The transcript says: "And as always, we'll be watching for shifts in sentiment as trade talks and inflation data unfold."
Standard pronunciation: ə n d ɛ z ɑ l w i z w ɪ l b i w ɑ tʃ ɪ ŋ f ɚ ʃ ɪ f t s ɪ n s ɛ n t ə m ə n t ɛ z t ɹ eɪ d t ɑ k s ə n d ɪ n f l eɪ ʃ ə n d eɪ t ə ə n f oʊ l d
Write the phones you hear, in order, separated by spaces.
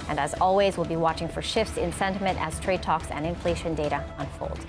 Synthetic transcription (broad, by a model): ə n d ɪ z ɑ l w i z w ɪ l b i w ɑ tʃ ɪ ŋ f ɚ ʃ ɪ f t s ɪ n s ɛ n t ə m ə n t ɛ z t ɹ eɪ d t ɑ k s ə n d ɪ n f l eɪ ʃ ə n d eɪ t ə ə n f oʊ l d